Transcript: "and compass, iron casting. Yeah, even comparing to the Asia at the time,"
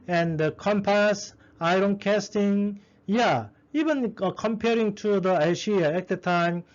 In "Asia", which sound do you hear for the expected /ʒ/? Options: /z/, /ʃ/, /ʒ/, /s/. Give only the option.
/ʃ/